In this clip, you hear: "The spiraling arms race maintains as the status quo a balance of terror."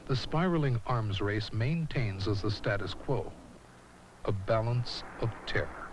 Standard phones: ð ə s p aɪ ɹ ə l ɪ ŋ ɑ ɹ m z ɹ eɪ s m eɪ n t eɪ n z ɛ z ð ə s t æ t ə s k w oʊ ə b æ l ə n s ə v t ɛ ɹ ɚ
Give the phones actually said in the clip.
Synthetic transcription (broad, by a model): ð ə s p aɪ ɹ l ɪ ŋ ɑ ɹ m z ɹ eɪ s m eɪ n t eɪ n z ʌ z ð ə s t æ t ə s k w oʊ ə b æ l ə n s ə v t ɛ ɹ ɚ